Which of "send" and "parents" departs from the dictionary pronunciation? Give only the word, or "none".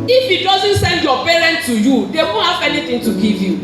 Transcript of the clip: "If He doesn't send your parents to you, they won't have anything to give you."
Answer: parents